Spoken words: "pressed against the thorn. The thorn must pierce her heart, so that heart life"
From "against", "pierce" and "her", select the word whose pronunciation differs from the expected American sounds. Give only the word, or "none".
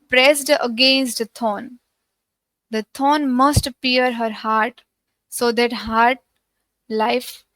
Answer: pierce